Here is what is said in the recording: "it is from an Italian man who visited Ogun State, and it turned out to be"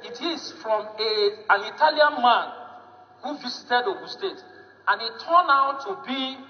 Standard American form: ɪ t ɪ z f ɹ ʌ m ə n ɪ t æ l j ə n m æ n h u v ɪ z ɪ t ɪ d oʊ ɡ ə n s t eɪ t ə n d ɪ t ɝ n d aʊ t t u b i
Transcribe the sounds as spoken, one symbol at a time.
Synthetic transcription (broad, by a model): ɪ t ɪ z f ɹ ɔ m ə n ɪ t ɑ l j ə n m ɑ n h u v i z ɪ t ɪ d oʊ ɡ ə s t eɪ t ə n ɪ t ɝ n aʊ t t u b i